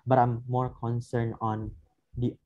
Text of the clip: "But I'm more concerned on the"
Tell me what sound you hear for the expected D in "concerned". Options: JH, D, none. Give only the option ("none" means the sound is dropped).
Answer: none